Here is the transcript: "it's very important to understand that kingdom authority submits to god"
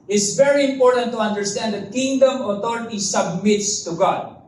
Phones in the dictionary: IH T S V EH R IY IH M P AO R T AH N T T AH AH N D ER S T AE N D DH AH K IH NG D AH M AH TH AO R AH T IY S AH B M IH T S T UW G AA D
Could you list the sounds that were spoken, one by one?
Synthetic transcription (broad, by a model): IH T S V EH R IY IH M P AO R T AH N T T AH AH N D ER S T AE N D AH K IH NG D AH M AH T AO R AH T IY S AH B M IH T S T UW G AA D